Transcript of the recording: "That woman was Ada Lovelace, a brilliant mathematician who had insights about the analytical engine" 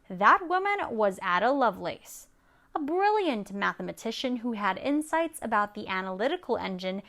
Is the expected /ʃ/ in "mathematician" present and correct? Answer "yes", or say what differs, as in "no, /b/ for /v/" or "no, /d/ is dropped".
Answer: yes